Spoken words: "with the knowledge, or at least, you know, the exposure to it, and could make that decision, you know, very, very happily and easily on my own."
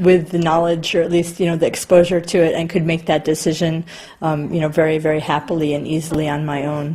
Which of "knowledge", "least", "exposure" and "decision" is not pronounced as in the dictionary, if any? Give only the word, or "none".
none